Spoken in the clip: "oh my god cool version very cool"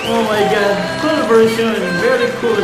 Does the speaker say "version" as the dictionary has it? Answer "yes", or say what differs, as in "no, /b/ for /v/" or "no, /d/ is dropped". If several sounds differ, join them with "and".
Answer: no, /s/ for /ʒ/